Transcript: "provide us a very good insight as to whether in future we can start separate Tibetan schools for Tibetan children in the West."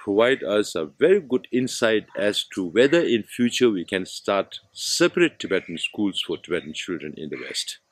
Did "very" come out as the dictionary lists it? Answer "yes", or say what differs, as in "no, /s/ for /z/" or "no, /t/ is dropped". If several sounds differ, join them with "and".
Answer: yes